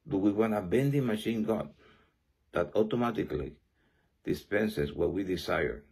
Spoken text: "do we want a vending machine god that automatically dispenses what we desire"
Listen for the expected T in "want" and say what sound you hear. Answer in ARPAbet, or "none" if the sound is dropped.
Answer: none